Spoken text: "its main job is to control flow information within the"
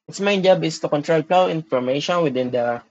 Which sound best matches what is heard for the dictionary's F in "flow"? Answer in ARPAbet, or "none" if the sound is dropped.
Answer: P